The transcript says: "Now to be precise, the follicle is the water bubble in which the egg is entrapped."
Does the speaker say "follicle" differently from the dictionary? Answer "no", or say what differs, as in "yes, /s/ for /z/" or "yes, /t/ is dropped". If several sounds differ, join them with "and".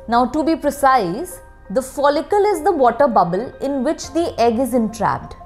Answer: no